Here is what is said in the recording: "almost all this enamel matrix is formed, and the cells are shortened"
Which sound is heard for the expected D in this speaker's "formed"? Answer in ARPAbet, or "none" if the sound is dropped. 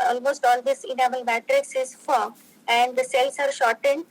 none